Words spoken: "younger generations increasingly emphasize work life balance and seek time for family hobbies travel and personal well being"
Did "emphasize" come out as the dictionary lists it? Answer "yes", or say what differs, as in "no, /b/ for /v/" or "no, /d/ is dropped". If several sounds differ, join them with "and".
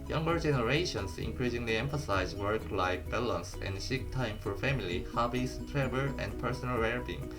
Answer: yes